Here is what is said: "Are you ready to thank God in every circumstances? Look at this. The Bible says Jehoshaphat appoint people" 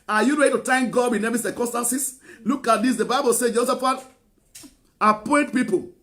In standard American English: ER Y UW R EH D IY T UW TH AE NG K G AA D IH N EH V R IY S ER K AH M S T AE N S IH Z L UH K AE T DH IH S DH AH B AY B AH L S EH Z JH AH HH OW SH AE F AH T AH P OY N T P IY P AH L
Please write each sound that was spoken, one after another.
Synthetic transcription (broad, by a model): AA Y UW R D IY T UW T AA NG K G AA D IH N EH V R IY S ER K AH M S T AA N S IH S L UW K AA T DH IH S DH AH B AY B AH L S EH JH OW S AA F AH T AH P OY N T P IY P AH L